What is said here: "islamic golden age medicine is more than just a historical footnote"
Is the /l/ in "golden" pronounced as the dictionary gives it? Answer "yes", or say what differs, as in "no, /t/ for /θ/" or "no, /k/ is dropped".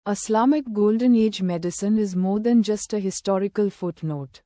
yes